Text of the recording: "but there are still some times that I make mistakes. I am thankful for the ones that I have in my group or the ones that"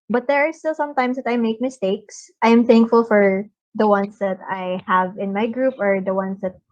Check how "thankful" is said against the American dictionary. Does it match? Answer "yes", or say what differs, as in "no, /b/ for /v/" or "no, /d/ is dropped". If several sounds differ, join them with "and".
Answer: yes